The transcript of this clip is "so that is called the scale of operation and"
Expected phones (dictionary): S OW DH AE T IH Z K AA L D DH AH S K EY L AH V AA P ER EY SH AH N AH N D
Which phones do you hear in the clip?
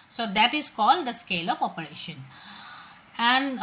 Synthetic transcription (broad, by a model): S OW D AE T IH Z K AA L D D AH S K EY L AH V AA P ER EY SH AH N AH N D